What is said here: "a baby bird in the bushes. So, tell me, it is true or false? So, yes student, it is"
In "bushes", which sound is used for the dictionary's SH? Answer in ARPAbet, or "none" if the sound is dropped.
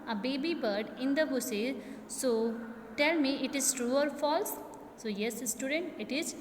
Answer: S